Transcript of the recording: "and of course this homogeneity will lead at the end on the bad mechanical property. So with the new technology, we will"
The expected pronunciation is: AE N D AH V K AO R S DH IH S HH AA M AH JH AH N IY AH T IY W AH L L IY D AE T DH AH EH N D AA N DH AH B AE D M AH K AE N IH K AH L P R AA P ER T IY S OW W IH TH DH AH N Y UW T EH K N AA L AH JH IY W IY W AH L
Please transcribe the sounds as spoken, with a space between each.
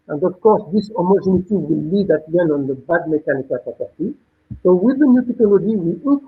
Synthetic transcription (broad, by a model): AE N D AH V K AO R S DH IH S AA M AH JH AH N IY T IY W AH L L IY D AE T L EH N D AA N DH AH B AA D M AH K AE N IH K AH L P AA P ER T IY S OW W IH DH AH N Y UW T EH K AA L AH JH IY W IY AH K